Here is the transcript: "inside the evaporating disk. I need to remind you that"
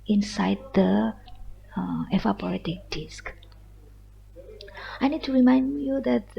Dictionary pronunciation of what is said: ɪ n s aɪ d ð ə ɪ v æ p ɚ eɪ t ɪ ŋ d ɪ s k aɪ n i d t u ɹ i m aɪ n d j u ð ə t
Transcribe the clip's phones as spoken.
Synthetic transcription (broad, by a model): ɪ n s aɪ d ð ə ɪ f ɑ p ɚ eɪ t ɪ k d ɪ s k aɪ n i d t u ɹ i m aɪ n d j u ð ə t